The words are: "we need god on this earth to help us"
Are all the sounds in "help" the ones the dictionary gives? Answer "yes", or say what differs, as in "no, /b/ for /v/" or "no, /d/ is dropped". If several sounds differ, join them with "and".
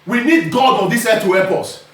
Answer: no, /l/ is dropped